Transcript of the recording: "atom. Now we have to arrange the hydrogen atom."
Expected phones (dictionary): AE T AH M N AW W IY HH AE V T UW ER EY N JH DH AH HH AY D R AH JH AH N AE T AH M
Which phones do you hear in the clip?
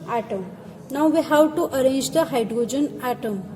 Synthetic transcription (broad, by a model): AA T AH M N AW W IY HH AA W T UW ER EY N JH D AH HH AY D R AH JH AH N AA T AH M